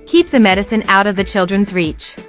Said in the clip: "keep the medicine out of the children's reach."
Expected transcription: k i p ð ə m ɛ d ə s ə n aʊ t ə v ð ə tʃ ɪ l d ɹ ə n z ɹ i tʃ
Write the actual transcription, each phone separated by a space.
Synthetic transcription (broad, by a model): k i p ð ə m ɛ d ə s ə n aʊ t ə v ð ə tʃ ɪ l d ɹ ə n z ɹ i tʃ